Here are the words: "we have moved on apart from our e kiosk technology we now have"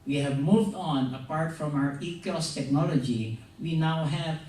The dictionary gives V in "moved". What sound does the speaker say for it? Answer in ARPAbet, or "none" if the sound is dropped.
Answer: V